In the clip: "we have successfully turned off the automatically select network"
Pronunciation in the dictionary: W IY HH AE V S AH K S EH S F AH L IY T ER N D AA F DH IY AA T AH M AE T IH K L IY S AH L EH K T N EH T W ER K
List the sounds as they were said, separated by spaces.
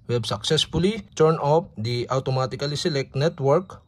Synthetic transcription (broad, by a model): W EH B S AH K S EH S F AH L IY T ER N AA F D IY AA T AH M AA T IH K L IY S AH L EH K N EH T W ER K